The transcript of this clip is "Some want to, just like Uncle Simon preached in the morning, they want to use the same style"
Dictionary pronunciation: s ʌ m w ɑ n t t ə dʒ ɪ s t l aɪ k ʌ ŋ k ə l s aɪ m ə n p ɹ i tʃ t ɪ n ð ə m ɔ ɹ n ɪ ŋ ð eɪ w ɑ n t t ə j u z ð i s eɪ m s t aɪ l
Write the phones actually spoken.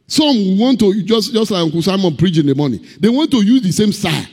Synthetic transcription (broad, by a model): s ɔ m w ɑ n t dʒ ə dʒ ɪ s t l aɪ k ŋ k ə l s aɪ m ə n p ɹ i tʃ ɪ n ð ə m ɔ n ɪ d eɪ w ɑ n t t ə j u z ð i s eɪ m s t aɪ